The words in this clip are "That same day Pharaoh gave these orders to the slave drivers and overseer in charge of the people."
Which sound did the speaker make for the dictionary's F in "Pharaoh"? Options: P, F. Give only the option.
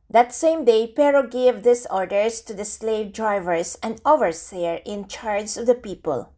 P